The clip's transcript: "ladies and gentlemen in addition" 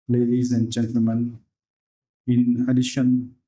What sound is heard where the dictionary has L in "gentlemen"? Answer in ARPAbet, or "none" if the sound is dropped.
L